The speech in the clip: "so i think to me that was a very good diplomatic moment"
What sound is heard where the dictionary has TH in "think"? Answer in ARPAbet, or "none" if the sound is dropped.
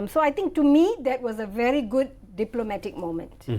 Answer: T